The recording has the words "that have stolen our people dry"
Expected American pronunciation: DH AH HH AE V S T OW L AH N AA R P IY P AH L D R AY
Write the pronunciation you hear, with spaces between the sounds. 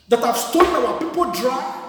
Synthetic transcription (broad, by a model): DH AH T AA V S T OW N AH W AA P IY P AH L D R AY